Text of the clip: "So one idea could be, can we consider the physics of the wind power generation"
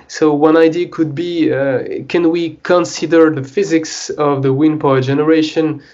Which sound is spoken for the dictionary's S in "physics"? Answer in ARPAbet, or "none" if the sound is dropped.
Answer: S